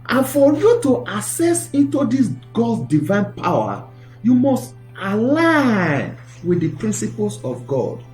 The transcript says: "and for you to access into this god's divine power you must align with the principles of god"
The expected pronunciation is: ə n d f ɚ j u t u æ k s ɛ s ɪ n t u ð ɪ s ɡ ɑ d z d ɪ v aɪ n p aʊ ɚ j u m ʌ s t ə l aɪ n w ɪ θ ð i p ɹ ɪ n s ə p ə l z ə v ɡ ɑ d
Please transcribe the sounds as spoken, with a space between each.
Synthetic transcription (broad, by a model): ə n f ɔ j u t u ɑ s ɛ s ɪ n t u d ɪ s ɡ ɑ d s d ɪ v aɪ n p aʊ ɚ j u m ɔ s t ə l aɪ n w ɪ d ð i p ɹ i n s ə p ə l s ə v ɡ ɑ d